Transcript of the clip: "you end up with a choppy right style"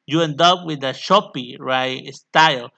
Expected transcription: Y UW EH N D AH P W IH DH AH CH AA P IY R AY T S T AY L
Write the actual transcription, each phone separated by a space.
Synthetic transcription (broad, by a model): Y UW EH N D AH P W IH DH AH SH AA P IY R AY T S T AY L